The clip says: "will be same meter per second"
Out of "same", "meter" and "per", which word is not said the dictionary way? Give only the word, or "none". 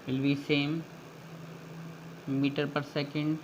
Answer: none